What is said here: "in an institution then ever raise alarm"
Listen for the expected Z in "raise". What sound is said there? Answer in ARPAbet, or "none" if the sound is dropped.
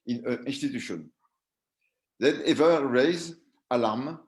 Z